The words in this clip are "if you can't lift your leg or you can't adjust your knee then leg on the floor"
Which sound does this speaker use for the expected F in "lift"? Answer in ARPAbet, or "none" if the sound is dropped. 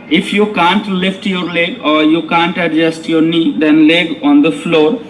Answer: F